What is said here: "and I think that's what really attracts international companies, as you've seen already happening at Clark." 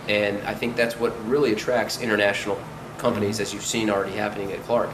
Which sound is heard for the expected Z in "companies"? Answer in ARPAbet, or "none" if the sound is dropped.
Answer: Z